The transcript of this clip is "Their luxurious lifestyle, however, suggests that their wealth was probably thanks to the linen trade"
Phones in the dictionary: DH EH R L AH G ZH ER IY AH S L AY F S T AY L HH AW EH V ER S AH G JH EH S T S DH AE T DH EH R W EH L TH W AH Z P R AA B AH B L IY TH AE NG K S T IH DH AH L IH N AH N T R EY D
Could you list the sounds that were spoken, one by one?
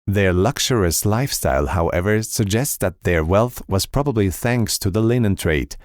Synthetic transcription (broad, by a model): DH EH R L AH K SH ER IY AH S L AY F S T AY L HH AW EH V ER S AH G JH EH S T S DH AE T DH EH R W EH L TH W AH Z P R AA B AH B L IY TH AE NG K S T IH DH AH L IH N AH N T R EY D